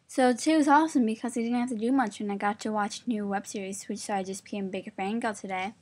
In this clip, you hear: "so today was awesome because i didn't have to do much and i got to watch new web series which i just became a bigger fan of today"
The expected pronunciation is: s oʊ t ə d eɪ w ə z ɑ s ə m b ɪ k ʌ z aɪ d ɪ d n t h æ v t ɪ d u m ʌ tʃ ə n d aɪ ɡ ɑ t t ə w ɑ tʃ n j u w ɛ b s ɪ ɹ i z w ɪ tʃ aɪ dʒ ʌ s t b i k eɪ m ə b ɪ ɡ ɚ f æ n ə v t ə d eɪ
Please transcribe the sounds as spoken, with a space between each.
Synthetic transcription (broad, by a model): s oʊ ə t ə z ɑ s ə m b ɪ k ʌ z aɪ d ɪ d n t h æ f t ɪ d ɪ m ʌ tʃ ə n aɪ ɡ ɑ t t ə w ɑ tʃ n j u w ɛ b s ɪ ɹ i z w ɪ tʃ aɪ dʒ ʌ s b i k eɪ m b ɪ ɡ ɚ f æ ə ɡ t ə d eɪ